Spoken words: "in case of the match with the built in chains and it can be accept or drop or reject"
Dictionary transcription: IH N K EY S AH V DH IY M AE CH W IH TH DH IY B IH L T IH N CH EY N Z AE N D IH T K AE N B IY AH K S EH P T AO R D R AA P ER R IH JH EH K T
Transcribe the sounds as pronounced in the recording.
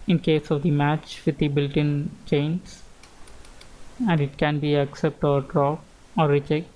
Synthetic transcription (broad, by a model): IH N K EY S AH V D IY M AE CH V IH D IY B IH L T IH N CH EY N S AE N D IH T K AE N B IY AH K S EH P T AO R D R AA P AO R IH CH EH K